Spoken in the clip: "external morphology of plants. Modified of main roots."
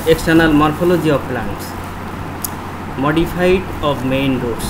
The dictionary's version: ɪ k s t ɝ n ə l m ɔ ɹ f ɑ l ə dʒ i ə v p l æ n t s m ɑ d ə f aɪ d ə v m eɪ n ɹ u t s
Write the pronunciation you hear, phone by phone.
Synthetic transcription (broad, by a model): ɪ k s t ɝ n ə l m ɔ ɹ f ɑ l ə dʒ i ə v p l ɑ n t s m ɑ d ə p aɪ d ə b m eɪ n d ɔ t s